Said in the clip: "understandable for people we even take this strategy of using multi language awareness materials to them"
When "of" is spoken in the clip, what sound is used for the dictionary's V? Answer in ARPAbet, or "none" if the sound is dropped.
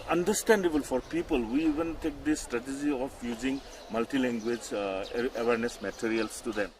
P